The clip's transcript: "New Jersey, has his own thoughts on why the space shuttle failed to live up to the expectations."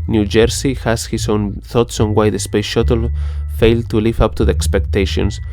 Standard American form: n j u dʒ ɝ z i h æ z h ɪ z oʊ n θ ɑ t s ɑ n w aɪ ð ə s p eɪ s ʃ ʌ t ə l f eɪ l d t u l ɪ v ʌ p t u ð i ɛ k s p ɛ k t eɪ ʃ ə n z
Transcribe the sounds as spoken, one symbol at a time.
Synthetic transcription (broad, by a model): n j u dʒ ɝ s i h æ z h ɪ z oʊ n θ ɑ t s ɑ n w aɪ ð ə s p eɪ s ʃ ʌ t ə l f eɪ l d t u l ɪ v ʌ p t u ð i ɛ k s p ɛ k t eɪ ʃ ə n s